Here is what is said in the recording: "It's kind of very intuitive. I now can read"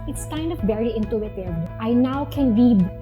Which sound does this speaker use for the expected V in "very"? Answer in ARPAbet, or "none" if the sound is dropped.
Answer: B